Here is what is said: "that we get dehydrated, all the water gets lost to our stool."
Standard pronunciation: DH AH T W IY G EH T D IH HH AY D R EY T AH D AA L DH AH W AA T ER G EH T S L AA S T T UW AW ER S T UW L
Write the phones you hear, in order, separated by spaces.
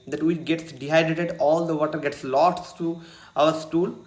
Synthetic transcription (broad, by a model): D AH T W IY G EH T D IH HH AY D EY T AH D AA L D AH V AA T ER G EH T S L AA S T T UW AW ER S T UW L